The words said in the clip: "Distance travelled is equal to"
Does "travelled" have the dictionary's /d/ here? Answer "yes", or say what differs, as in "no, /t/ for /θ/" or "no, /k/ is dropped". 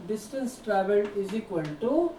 no, /d/ is dropped